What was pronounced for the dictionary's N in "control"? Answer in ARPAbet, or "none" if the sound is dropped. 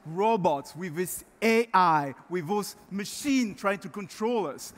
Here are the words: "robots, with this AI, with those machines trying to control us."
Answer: N